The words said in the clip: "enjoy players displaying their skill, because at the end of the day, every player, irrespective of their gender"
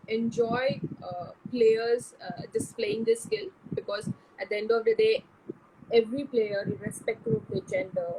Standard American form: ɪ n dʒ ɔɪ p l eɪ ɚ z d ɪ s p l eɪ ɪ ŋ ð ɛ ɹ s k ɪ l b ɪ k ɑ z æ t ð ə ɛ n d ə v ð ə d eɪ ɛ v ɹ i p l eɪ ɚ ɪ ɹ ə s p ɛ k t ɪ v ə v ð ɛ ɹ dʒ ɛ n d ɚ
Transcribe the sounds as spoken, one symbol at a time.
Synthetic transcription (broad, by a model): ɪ n dʒ ɔɪ p l eɪ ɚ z d ɪ s p l eɪ ɪ ŋ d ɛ s k ɪ l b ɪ k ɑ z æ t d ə ɛ n d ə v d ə d eɪ ɛ v ɹ i p l eɪ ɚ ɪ ɹ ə s p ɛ k t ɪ p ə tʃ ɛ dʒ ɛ n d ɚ